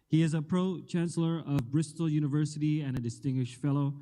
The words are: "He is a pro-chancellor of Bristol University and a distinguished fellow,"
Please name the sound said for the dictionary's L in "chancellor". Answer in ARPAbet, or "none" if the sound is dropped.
L